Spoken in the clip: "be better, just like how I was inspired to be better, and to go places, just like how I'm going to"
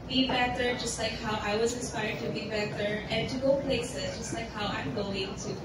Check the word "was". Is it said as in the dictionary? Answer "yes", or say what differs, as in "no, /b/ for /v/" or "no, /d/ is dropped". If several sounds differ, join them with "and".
yes